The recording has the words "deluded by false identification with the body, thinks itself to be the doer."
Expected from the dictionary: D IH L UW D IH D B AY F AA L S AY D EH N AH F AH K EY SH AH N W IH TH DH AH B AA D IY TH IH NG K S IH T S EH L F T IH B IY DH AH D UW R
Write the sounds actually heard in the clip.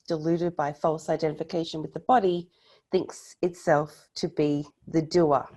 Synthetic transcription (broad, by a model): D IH L UW D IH D B AY F AA L S AY D EH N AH F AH K EY SH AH N W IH DH AH B AA D IY TH IH NG K S IH T S EH L F T IH B IY DH AH D UW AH